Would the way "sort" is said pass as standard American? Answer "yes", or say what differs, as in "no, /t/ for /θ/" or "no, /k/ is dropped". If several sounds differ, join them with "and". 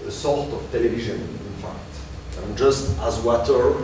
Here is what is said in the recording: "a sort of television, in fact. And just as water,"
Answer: no, /l/ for /ɹ/